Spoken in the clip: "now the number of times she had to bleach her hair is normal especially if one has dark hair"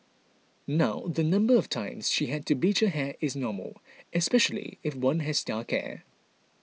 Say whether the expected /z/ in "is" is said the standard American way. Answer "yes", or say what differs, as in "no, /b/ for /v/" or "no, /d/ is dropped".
yes